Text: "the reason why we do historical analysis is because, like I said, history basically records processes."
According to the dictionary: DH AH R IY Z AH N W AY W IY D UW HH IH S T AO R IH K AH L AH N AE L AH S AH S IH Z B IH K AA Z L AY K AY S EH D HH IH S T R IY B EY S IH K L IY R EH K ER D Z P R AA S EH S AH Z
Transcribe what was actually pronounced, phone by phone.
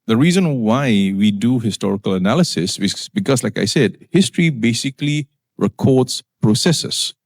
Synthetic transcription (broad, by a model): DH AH R IY Z AH N W AY W IY D UW HH IH S T AO R IH K AH L AH N AE L AH S AH S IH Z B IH K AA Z L AY K AY S EH D HH IH S T R IY B EY S IH K L IY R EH K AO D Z P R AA S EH S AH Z